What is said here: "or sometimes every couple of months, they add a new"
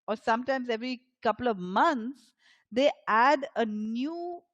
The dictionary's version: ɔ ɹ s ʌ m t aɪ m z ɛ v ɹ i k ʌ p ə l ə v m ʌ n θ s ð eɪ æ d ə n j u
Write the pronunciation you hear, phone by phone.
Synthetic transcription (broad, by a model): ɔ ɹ s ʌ m t aɪ m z ɛ v ɹ i k ʌ p ə l ə v m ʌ n t s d eɪ æ d ə n j u